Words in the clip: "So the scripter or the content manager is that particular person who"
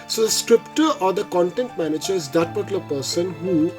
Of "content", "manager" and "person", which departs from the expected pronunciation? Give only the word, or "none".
none